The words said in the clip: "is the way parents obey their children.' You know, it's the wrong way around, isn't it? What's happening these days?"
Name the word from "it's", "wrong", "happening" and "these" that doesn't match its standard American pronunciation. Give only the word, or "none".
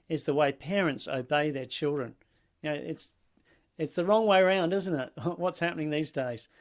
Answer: none